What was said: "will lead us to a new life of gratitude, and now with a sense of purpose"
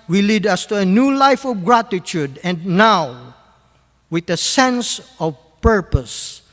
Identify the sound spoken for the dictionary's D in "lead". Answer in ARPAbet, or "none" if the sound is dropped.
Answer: D